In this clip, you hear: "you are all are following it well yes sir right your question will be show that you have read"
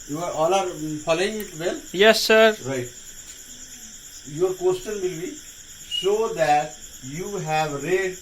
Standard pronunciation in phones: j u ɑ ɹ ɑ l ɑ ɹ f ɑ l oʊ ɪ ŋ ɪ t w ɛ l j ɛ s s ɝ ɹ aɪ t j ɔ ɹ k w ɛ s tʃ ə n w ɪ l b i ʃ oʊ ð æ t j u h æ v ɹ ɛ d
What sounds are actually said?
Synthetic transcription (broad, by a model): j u ɑ ɹ ɑ l ɑ ɹ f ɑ l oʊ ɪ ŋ ɪ t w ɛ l j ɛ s s ɝ ɹ aɪ t j ɔ ɹ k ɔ s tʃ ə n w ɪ l b i s oʊ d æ t j u h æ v ɹ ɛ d